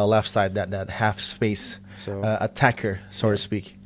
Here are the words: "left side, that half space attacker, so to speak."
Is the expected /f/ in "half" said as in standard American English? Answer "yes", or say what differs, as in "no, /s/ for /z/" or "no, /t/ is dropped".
yes